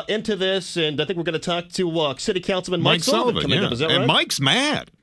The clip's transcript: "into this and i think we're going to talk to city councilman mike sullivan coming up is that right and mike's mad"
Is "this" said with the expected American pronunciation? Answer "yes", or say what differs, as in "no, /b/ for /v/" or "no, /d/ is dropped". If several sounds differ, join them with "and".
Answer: yes